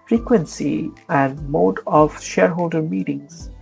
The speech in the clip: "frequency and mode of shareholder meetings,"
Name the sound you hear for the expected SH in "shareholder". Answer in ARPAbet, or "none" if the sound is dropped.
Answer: SH